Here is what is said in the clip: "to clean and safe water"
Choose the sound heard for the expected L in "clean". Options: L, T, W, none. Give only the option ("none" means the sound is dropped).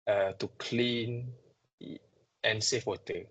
L